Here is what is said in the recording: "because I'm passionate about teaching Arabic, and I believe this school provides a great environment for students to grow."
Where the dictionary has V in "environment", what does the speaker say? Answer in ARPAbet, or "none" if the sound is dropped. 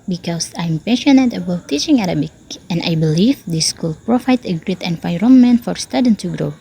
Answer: F